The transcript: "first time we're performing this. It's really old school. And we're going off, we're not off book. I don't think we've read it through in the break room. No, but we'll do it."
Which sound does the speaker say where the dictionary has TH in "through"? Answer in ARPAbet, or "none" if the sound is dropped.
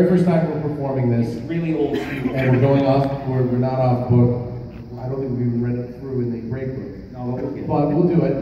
TH